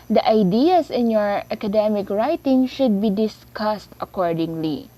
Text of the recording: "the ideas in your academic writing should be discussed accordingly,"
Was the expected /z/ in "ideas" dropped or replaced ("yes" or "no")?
yes